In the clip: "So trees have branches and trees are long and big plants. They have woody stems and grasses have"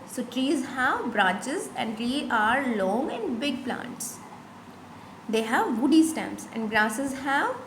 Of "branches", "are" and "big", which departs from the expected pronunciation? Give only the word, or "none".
branches